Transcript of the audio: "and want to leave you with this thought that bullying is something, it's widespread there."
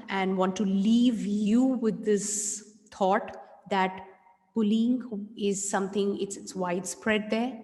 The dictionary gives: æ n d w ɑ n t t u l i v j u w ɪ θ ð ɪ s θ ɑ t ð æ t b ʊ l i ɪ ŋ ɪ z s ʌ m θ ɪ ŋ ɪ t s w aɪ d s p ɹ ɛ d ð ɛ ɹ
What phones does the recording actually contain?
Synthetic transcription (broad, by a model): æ n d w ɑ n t t u l i v j u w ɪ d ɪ s t ɑ t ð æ t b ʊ l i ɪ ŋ ɪ z s ʌ m t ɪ ŋ ɪ t s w aɪ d s p ɹ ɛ d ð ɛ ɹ